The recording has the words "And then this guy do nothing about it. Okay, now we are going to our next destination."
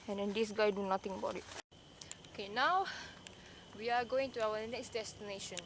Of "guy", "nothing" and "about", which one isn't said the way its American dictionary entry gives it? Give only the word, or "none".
nothing